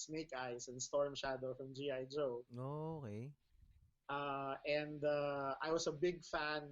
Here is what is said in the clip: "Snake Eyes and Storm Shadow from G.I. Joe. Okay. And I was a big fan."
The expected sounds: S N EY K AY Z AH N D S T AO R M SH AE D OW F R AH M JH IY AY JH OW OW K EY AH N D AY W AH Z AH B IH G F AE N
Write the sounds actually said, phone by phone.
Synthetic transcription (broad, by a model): S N EY K AY S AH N S T AO R M SH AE D OW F R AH M JH IY AY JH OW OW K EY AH N D AY W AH S AH B IH G F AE N